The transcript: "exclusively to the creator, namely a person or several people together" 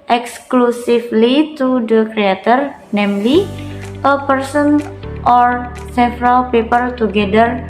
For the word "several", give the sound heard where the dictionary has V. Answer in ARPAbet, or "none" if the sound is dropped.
F